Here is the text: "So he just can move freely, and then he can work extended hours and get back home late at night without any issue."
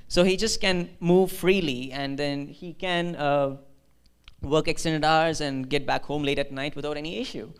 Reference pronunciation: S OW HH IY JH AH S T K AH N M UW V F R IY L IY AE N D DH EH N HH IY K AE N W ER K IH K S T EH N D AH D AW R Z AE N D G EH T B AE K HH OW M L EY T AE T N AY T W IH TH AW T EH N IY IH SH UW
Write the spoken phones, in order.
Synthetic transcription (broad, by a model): S OW HH IY JH AH S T K AH N M UW V F R IY L IY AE N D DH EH N HH IY K AE N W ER K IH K S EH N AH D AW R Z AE N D G EH T B AE K HH OW M L EY T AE T N AY T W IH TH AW T EH N IY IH SH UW